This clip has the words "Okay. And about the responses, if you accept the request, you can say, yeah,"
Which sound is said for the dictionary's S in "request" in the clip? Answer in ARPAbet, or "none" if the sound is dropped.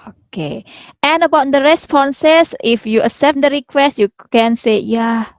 S